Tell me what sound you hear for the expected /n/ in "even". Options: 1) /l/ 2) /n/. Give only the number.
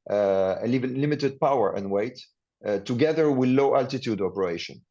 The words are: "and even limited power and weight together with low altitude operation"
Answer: 1